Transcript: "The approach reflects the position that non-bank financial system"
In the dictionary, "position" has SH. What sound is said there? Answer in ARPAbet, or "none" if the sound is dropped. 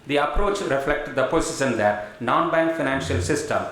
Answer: S